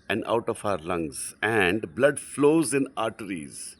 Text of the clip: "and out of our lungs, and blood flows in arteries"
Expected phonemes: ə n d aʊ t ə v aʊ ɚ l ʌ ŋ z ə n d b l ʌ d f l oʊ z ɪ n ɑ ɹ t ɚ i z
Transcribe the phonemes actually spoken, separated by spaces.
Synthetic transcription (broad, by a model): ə n d aʊ t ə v aʊ ɚ l ʌ ŋ z ə n d b l ʌ d f l oʊ z ɪ n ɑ ɹ t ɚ i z